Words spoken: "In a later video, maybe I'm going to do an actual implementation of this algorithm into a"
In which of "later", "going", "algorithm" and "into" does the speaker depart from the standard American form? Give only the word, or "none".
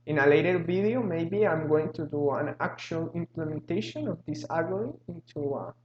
algorithm